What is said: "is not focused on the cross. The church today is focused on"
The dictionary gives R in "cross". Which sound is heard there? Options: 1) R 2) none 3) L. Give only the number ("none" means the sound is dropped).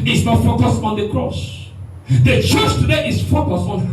1